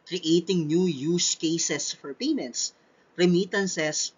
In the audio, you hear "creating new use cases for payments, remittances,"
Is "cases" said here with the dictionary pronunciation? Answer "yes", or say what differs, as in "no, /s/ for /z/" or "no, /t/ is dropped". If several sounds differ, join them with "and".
no, /s/ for /z/